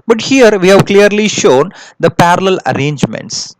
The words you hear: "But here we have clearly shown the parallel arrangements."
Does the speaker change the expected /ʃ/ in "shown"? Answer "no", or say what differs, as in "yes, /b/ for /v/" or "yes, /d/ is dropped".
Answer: no